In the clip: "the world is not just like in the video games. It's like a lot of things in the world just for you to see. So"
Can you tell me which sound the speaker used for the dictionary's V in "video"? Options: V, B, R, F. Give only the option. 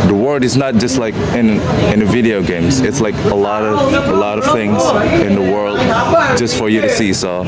V